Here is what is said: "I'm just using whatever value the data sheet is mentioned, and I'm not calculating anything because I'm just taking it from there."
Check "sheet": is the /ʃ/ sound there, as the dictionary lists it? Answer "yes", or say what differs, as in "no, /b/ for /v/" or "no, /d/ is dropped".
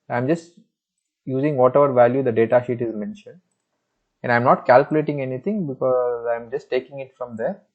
yes